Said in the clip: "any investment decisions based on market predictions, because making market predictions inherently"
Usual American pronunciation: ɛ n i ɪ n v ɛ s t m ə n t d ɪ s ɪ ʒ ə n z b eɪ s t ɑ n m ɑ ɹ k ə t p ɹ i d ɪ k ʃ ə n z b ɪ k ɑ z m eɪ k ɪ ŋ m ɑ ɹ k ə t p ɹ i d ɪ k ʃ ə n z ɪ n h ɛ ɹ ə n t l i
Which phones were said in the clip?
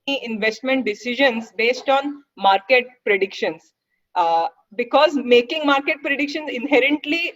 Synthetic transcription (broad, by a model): i ɪ n v ɛ s t m ə n t d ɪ s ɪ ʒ ə n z b eɪ s t ɑ n m ɑ ɹ k ə t p ɹ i d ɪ k ʃ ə n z b ɪ k ɑ z m eɪ k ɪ ŋ m ɑ ɹ k ə t p ɹ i d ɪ k ʃ ə n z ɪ n h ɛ ɹ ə n t l i